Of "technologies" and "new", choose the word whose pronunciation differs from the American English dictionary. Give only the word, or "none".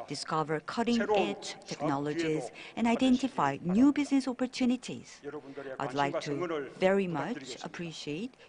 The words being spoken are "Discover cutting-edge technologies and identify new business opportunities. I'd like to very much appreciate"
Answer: none